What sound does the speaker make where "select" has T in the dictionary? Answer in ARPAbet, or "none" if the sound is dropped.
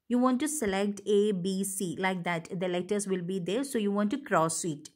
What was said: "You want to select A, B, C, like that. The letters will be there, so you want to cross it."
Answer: T